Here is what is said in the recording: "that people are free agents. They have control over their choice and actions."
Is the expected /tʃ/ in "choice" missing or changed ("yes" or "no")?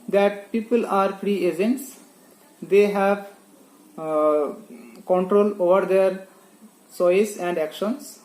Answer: yes